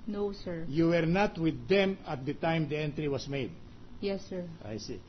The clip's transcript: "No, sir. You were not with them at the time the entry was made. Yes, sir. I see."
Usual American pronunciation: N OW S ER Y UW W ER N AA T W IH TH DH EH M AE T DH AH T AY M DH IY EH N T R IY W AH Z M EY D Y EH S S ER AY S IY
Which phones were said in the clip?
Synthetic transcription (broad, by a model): N OW S ER Y UW W ER N AA T W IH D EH M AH T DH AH T AY M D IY EH N T R IY W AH S M EY D Y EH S S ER AY S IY